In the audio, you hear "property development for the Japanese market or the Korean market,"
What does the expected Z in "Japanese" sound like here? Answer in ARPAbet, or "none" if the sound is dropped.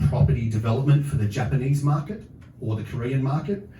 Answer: Z